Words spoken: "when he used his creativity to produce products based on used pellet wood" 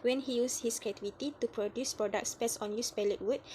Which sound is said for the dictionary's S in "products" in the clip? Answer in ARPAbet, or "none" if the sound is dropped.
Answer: S